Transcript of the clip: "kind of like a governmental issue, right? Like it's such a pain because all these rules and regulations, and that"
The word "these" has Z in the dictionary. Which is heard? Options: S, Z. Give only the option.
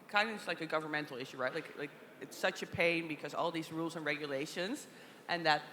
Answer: Z